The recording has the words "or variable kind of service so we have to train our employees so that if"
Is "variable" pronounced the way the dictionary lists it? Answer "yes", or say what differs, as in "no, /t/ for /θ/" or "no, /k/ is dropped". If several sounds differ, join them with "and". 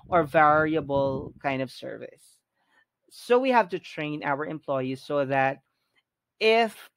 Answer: yes